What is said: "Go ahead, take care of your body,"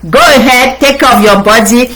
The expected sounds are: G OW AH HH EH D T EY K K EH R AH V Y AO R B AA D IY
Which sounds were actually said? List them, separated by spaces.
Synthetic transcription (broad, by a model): G OW AH HH EH D T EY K K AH P Y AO B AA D IY